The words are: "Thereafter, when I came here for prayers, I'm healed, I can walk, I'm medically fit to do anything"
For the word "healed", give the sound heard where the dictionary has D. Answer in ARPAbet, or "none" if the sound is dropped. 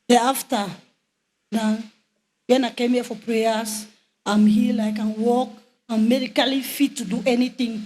none